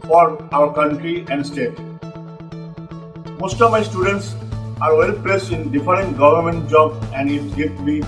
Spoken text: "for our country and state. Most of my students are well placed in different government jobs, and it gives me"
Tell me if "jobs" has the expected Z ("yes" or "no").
no